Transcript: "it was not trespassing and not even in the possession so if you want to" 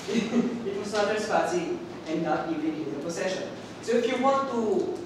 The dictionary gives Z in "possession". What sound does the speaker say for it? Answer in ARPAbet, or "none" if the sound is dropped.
S